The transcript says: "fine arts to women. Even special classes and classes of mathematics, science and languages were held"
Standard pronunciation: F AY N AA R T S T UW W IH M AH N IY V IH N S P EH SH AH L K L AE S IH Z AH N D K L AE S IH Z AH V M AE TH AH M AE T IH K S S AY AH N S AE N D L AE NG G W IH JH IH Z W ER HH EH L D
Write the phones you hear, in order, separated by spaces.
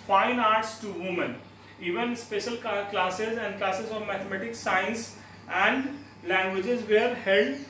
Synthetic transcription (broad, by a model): F AY N AA R T S T UW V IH M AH N IY V IH N S P EH SH AH L K L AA S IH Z AH N D K L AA S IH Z AH V M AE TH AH M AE T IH K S S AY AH N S AE N D L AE NG G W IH JH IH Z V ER HH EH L D